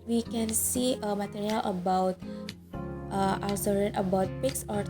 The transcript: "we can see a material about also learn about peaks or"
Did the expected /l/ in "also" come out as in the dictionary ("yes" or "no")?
no